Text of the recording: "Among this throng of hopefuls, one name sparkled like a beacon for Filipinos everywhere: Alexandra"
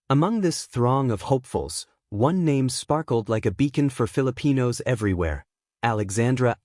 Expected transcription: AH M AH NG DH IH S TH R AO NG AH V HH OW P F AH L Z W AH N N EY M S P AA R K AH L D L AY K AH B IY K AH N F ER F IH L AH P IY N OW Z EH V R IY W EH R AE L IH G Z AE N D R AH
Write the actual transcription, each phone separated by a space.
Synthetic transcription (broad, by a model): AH M AH NG DH IH S TH R AO NG AH V HH OW P F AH L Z W AH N N EY M S P AA R K L D L AY K AH B IY K AH N F ER F IH L AH P IY N OW Z EH V R IY W EH R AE L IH G Z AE N D R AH